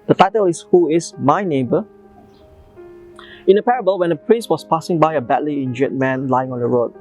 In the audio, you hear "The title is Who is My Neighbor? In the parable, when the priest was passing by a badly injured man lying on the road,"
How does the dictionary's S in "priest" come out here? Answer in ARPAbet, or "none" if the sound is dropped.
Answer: S